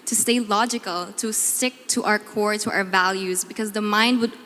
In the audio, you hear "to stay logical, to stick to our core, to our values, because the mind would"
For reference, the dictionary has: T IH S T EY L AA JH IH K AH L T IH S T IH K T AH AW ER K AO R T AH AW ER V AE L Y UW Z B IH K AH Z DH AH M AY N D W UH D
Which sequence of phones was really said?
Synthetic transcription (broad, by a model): T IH S T EY L AA JH IH K AH L T IH S T IH K T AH AW ER K AO R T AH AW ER V AE L Y UW Z B IH K AH Z DH AH M AY N D W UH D